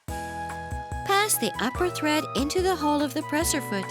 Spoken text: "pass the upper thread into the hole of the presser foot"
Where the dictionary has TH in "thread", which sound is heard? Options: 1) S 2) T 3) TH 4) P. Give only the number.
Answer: 3